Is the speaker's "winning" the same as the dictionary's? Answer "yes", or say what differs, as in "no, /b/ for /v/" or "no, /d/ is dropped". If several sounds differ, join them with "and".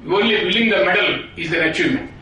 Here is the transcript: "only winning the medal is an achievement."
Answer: no, /l/ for /n/